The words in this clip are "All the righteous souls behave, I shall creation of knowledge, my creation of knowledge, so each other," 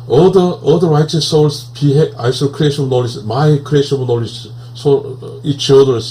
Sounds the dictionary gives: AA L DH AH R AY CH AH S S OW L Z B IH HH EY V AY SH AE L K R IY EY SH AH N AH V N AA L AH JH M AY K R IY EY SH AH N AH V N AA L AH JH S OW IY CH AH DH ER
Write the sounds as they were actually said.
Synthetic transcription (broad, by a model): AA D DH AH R AY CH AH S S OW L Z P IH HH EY AY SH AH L K R IY EY SH AH N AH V N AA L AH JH M AY K R IY EY SH AH N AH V N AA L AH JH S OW IY CH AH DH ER